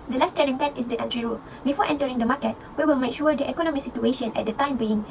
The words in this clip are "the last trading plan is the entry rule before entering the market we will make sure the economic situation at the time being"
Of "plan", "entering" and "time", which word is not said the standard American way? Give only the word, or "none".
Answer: plan